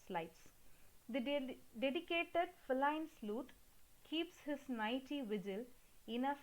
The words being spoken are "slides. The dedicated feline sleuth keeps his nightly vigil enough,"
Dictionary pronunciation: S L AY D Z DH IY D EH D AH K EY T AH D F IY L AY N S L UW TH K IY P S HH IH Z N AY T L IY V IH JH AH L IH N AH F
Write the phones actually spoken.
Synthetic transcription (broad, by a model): S L AY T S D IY D EH D AH K EY T AH D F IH L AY N S L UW T K IY P S HH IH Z N AY T IY V IH JH AH L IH N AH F